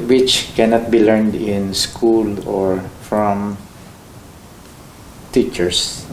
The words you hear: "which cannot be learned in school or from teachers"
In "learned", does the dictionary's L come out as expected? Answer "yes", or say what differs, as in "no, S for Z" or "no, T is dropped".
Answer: yes